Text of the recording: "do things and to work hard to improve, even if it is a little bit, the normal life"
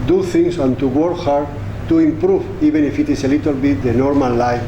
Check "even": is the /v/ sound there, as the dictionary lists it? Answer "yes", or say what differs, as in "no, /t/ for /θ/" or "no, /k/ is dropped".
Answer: no, /b/ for /v/